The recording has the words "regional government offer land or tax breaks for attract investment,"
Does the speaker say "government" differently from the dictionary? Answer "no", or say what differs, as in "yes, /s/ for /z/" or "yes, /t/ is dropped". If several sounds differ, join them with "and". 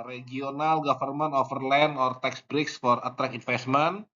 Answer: yes, /f/ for /v/ and /t/ is dropped